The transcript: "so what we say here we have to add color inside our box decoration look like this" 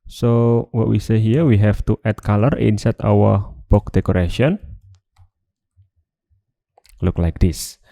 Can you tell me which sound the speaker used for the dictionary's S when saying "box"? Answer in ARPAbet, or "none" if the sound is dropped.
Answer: none